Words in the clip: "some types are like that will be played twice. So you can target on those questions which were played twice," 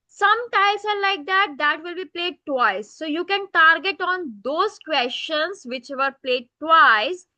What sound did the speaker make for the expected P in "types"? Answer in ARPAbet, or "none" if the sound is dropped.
none